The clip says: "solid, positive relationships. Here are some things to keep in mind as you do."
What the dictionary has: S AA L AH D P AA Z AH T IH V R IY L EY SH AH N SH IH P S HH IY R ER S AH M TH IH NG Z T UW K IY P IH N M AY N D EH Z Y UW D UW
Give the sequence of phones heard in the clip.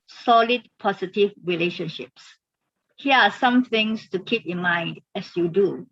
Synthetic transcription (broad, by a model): S AA L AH D P AA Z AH T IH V R IY L EY SH AH N SH IH P S HH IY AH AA S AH M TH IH NG S T UW K IY P IH N M AY N D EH S Y UW D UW